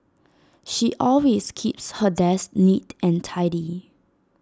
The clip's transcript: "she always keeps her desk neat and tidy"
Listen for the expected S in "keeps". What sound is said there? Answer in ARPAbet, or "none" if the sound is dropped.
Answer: S